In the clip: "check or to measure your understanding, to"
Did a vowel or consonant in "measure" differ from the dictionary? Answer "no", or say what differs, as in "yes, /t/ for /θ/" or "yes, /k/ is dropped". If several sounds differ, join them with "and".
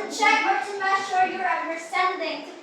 yes, /ʃ/ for /ʒ/